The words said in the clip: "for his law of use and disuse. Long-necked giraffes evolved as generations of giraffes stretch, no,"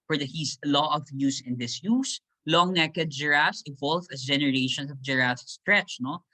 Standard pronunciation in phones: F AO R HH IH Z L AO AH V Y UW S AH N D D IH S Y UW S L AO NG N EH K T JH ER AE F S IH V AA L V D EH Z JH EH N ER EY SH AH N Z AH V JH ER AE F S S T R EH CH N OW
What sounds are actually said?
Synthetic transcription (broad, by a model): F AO R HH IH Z L AO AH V Y UW S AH N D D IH S Y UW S L AO NG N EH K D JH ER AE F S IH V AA L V EH S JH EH N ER EY SH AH N S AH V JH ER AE S S T R EH CH N OW